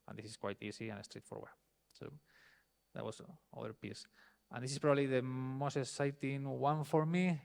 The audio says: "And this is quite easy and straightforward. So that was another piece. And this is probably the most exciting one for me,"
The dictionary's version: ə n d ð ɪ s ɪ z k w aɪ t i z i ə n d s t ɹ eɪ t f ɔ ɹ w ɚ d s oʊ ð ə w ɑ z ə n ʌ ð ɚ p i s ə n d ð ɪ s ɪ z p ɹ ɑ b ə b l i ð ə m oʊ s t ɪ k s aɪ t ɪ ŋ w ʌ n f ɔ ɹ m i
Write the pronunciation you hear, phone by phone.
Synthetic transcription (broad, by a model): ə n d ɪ s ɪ s k w aɪ t i s i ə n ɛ s t ɹ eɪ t f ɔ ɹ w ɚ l s oʊ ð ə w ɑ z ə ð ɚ p i s ə n d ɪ s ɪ s p ɹ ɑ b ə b l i ð ə m oʊ s t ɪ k s aɪ t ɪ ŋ w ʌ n f ɔ ɹ m i